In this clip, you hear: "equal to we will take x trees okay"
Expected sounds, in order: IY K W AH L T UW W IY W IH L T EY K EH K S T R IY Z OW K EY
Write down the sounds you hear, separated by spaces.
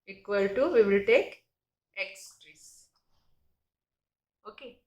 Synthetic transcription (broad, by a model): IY K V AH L T UW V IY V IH L T EY K EH K S T R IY S OW K EY